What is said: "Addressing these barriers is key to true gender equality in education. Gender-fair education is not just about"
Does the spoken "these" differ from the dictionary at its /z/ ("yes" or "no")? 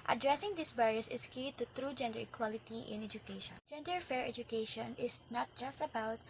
yes